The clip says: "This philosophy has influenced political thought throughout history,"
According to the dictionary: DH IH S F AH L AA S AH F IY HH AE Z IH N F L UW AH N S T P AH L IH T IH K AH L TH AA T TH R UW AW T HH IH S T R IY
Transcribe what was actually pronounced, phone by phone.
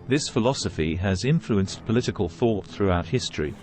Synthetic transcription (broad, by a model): DH IH S F AH L AA S AH F IY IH Z IH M F L UW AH N S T P AH L IH T IH K AH L TH AA T TH R UW AW T HH IH S T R IY